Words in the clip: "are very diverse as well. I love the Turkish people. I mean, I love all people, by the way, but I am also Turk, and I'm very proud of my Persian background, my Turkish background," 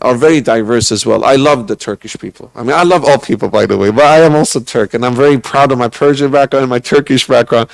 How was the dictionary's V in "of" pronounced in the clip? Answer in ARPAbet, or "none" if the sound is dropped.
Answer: V